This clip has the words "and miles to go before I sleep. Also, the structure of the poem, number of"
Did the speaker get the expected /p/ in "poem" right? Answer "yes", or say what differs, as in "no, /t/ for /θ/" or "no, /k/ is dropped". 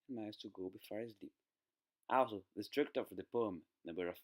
yes